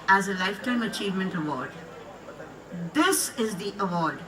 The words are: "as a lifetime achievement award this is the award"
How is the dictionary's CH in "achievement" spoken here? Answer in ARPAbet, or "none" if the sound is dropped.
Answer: CH